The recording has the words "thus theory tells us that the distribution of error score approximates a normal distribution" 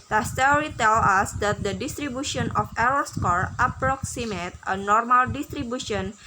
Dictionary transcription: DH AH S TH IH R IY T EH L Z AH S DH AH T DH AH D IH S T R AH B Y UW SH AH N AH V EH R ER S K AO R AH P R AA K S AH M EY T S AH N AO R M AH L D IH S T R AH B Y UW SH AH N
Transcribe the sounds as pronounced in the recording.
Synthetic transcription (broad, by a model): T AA S T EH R IY T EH L AH S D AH T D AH D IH S T R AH B Y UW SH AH N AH F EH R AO S K AO R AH P R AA K S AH M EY T AH N AO R M AH L D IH S T R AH B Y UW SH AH N